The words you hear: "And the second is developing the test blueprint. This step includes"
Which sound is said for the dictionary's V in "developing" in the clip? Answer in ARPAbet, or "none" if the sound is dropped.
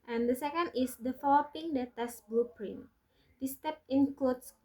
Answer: F